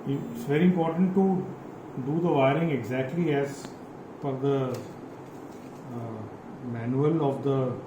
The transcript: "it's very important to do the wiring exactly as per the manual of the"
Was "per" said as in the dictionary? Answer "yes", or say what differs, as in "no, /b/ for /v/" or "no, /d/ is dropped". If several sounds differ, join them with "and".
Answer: no, /f/ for /p/